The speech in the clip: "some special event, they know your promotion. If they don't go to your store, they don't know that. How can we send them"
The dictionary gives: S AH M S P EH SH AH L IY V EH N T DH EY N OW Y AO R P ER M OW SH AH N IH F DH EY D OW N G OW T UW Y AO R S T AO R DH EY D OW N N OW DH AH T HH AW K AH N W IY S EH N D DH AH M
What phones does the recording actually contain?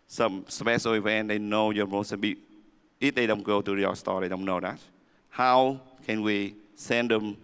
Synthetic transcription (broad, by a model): S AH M S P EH S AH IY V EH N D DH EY N OW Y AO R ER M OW S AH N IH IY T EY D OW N G OW T UW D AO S T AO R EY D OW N N OW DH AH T HH AW K AH N W IY S EH N D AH M